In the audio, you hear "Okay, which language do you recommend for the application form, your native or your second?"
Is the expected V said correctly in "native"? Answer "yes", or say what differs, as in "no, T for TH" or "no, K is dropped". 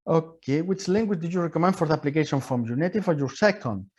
no, F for V